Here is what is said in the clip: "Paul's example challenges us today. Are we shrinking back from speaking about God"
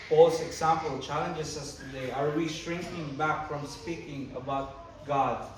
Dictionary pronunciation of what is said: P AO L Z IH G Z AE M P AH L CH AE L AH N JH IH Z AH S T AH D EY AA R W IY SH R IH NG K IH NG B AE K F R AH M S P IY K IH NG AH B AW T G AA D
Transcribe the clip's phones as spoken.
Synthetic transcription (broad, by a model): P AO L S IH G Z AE M P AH L CH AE L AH N JH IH S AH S T AH D EY AA R W IY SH R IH NG K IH NG B AE K F R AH M S P IY K IH NG AH B AW T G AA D